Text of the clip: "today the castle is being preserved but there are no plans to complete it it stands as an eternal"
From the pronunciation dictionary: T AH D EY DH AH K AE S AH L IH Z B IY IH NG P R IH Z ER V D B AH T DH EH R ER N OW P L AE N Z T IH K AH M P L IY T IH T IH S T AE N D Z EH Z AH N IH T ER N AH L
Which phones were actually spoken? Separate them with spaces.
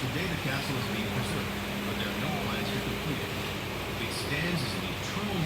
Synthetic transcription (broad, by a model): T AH D EY DH AH K AE S L IH Z B IY IH NG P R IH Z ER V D B AH T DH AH R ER N OW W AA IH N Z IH K AH M P L IY T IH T IH S T AE N D Z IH Z AH N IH T ER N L